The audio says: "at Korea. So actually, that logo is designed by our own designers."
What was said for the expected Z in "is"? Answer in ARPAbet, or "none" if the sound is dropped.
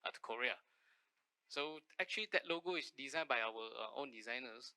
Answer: S